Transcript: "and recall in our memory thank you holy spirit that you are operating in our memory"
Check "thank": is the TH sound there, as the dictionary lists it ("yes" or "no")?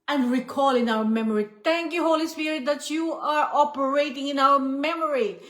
no